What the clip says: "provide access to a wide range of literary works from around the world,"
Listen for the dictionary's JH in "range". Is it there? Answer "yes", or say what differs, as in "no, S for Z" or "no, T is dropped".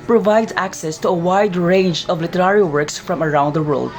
yes